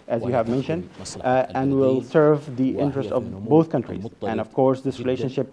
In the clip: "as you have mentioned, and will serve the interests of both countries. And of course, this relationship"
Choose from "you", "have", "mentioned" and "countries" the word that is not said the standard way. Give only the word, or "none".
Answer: none